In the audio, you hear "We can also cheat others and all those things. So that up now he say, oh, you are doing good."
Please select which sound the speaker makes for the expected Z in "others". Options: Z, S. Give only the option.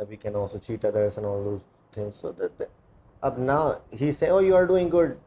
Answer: S